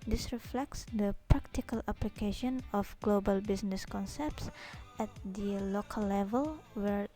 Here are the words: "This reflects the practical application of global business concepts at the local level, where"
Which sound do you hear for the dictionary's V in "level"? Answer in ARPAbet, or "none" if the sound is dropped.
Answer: V